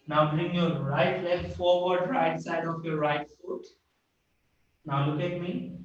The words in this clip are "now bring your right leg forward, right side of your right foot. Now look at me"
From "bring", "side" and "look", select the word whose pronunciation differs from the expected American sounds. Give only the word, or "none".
none